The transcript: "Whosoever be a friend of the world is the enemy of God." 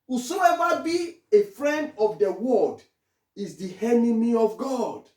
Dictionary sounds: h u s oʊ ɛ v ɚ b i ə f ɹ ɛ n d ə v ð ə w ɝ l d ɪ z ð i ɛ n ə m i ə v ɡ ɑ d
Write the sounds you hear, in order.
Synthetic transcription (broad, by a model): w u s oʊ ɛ v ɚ b i ə f ɹ ɛ n d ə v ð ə w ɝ d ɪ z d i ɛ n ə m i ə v ɡ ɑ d